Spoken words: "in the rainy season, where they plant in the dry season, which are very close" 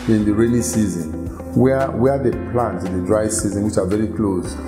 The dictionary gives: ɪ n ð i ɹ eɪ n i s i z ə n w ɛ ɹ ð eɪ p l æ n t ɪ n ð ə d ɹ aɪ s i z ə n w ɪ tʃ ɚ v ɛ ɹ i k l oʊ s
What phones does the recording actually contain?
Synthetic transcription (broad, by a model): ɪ n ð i ɹ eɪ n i s i z ə n w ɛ w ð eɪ p l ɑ n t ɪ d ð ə d ɹ aɪ s i z ə n w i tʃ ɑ v ɛ ɹ i k l oʊ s